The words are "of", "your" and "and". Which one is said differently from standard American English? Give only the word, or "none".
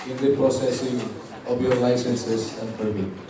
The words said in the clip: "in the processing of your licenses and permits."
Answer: of